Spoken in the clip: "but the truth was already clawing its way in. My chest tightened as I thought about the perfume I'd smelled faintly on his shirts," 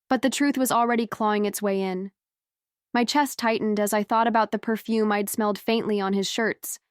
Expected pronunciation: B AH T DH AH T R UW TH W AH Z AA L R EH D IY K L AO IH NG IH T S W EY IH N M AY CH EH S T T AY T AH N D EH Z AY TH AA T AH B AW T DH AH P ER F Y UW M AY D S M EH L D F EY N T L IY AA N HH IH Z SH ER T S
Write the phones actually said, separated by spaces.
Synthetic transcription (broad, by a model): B AH T DH AH T R UW TH W AH Z L R EH D IY K L AO IH NG IH T S W EY IH N M AY CH EH S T T AY T N D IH Z AY TH AA T AH B AW T DH AH P ER F Y UW M AY D S M EH L D F EY N T L IY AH N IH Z SH ER T S